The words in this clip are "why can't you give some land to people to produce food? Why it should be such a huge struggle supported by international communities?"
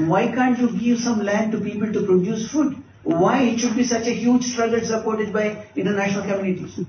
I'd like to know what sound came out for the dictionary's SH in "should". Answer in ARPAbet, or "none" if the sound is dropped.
SH